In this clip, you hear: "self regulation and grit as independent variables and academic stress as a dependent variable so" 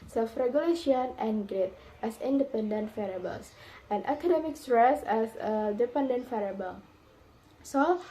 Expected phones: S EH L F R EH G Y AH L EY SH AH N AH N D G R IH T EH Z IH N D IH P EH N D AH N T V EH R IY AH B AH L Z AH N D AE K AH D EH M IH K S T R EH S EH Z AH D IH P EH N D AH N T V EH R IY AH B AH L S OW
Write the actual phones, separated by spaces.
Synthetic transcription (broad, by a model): S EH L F R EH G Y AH L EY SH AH N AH N G R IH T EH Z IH N D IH P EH N D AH N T F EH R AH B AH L S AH N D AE K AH D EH M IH K S T R EH S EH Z AH D IH P EH N D AH N T F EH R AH B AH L S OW